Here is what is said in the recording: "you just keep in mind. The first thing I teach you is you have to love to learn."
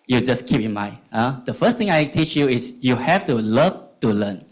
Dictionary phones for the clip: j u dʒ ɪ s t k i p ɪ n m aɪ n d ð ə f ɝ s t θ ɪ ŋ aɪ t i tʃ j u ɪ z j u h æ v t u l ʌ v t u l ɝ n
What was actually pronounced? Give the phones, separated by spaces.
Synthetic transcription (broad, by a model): j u dʒ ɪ s k i p ɪ n m aɪ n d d ə f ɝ s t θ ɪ ŋ aɪ t i tʃ j u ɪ s j u h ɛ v t u l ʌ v t u l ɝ n